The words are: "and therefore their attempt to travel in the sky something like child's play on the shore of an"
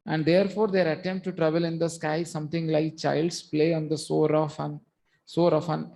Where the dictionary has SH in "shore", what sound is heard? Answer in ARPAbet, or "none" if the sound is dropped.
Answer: S